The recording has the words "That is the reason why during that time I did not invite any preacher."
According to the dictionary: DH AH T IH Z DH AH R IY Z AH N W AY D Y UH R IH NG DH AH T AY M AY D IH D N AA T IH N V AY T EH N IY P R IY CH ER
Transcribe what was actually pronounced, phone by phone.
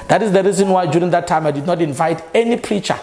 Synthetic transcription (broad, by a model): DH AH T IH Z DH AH R IY Z AH N W AY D Y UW R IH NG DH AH T AY M AY D IH D N AA T IH N V AY T EH N IY P R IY CH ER